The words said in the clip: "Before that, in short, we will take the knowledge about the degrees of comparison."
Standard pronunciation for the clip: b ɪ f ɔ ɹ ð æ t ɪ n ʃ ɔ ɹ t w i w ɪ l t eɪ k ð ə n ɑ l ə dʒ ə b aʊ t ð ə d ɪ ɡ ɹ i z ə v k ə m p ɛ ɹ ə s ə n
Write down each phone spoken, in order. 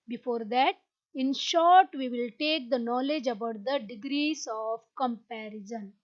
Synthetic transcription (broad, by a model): b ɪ f ɔ ɹ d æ t ɪ n ʃ ɔ ɹ t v i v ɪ l t eɪ k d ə n ɑ l ə dʒ ə b aʊ t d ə d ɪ ɡ ɹ i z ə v k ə m p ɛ ɹ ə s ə n